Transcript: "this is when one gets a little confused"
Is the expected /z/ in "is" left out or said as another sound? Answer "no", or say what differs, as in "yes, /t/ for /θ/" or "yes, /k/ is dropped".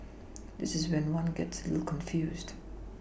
no